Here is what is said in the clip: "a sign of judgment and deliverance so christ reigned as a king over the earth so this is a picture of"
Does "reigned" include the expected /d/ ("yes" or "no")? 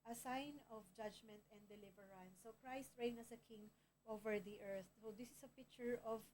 no